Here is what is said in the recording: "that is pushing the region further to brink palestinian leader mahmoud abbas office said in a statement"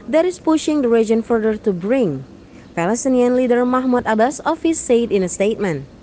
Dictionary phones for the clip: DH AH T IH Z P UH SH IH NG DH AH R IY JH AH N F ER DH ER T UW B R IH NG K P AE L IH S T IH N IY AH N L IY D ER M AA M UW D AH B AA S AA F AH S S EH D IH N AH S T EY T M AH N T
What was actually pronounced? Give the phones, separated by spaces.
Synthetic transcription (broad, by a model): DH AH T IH S P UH SH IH NG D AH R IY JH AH N F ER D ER T UW B R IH NG P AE L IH S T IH N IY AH N L IY D ER M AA M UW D AH B AA S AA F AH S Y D IH N AH S T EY T M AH N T